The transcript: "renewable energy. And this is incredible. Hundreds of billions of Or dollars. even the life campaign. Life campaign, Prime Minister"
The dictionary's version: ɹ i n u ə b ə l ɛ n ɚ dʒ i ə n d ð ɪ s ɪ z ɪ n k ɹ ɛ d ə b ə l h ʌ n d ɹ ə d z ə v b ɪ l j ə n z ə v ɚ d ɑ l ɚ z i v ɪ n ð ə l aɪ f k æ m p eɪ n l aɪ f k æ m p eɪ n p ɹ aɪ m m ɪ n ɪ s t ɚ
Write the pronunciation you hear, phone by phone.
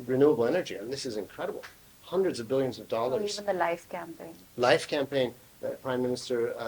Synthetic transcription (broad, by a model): ɹ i n u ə b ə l ɛ n ɚ dʒ i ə n ð ɪ s ɪ z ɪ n k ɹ ɛ d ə b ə l h ʌ n d ɹ ə d z ə v b ɪ l j ə n z ə v d ɑ l ɚ i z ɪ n ð ə l aɪ f k æ m p eɪ n l aɪ f k æ m p eɪ n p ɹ aɪ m m ɪ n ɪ s t ɚ